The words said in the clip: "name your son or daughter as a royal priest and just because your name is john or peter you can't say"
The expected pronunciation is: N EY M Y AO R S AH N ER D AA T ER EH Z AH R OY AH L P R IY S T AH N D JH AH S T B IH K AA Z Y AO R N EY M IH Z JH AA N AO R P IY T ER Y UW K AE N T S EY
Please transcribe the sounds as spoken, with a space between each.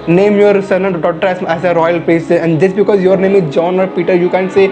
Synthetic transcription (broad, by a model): N EY M Y AO R S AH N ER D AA T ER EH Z AH R OY AH L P IY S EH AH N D JH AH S B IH K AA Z Y AO R N EY M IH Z JH AA N AO R P IY T ER Y UW K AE N S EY